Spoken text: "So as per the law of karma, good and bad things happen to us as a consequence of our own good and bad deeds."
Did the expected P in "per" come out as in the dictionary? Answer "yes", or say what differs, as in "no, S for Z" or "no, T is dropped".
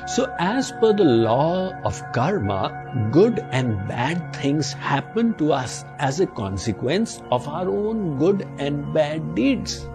no, F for P